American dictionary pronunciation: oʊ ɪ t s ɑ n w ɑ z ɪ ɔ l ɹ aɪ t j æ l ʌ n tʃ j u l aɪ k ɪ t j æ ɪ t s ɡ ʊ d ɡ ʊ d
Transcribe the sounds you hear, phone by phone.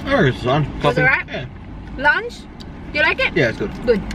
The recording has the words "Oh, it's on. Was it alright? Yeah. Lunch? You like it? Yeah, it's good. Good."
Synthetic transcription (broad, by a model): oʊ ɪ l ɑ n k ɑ s ɪ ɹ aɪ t j æ l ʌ n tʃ j u l aɪ k ɪ t j æ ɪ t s ɡ ʊ d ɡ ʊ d